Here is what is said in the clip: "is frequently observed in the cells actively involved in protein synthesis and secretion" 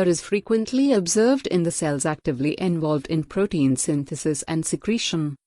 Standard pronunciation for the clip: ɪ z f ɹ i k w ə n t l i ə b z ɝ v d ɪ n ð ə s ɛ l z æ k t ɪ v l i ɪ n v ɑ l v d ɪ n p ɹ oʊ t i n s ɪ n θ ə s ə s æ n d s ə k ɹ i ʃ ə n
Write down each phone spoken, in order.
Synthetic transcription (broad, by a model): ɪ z f ɹ i k w ə n t l i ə b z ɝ v d ɪ n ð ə s ɛ l z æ k t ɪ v l i ɪ n v ɑ l v d ɪ n p ɹ oʊ t i n s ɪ n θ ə s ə s æ n d s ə k ɹ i ʃ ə n